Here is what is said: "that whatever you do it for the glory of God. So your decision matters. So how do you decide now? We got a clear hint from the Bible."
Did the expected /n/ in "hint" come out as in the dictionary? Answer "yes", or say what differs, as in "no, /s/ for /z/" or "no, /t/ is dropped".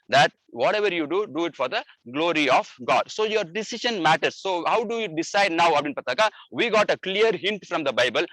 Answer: yes